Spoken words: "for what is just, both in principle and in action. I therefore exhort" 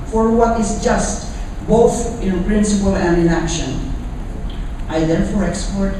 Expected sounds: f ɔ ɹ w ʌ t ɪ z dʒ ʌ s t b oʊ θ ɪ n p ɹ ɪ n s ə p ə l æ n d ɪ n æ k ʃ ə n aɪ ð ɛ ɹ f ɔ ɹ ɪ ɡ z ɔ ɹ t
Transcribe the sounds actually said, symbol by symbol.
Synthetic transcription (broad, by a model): f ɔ ɹ w ʌ t ɪ z dʒ ʌ s t b oʊ θ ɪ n p ɹ ɪ n s ə p ə l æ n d ɪ n æ k ʃ ə n aɪ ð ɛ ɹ f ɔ ɹ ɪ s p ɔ ɹ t